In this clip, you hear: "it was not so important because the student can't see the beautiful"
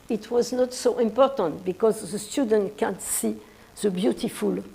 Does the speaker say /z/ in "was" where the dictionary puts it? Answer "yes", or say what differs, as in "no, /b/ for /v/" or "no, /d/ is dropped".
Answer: yes